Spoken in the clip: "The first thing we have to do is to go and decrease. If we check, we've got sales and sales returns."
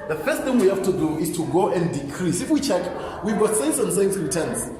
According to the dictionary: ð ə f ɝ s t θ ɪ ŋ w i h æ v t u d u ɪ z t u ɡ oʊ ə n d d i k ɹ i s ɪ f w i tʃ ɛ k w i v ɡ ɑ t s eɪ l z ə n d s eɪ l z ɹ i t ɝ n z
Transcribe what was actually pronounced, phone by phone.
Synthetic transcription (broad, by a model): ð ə f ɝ s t θ ɪ ŋ w i h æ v t u d u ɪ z t u ɡ oʊ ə n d d i k ɹ i s ɪ f w i tʃ ɛ k w i v ɡ ɑ t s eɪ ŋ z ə n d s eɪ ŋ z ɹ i t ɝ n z